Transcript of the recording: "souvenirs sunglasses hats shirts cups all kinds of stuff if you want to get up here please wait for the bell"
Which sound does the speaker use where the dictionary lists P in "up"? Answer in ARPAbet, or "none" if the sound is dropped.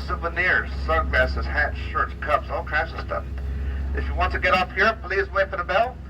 F